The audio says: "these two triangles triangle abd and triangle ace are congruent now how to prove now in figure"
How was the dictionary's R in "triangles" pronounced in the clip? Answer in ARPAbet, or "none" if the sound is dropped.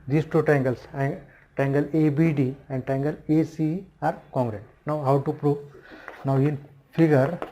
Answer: none